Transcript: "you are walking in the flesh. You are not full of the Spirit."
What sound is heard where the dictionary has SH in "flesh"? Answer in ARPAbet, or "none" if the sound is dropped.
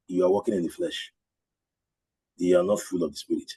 SH